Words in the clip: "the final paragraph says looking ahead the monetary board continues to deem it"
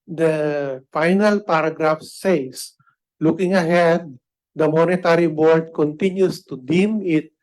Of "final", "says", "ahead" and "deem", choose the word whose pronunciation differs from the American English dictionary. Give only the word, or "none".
says